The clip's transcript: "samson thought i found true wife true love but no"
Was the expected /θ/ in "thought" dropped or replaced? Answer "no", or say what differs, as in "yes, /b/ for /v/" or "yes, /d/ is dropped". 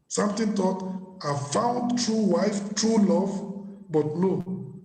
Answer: yes, /t/ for /θ/